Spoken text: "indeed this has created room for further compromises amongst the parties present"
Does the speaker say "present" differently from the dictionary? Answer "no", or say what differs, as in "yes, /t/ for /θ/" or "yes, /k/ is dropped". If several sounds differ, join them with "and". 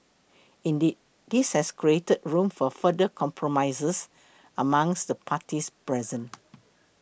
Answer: yes, /t/ is dropped